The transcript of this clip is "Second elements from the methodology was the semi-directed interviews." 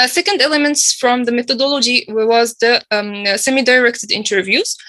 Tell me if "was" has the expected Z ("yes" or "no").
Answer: yes